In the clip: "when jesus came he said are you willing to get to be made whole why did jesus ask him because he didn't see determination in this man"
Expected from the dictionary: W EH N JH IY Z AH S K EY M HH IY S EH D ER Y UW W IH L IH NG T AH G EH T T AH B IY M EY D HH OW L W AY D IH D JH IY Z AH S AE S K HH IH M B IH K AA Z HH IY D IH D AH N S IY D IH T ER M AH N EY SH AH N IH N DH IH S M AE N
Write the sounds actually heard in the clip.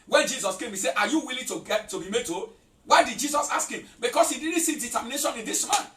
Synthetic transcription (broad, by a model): W EH N JH IY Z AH S K EY M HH IY S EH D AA Y UW W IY L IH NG T AH G EH T T AH B IY M EY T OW W AY D IH D JH IY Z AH S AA S K HH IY M B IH K AA S HH IY D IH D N S IY D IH T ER M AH N EY SH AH N IH N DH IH S M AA N